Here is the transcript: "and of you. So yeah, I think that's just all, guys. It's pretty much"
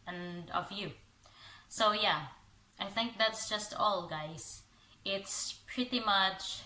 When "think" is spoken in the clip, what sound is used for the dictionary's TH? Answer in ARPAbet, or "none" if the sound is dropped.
TH